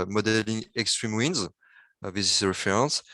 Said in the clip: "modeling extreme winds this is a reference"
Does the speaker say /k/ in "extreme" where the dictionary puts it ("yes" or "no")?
yes